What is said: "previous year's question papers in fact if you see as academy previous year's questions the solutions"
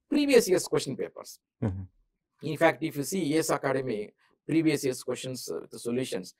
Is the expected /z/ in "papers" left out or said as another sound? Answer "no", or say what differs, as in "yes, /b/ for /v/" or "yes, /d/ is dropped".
yes, /s/ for /z/